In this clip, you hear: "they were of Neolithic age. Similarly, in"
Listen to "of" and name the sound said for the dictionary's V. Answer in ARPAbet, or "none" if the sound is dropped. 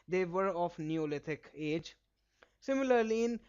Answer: F